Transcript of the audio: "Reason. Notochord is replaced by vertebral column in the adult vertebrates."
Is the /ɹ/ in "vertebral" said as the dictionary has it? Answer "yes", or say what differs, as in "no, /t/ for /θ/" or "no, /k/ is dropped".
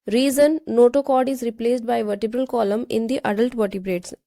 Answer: yes